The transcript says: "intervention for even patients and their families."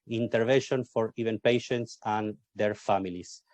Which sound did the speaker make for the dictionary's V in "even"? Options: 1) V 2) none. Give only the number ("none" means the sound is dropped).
1